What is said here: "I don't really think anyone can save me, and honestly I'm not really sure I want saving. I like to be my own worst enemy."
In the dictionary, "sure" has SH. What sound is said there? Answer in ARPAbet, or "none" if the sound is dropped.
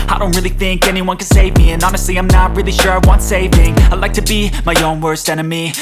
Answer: SH